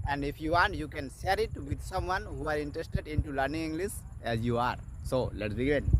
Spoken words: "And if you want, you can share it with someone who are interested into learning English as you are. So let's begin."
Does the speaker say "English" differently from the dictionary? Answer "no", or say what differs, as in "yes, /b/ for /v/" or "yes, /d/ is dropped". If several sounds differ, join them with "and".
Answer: yes, /s/ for /ʃ/